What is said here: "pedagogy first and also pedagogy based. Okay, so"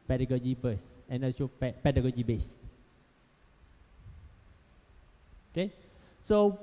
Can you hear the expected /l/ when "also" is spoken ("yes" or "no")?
no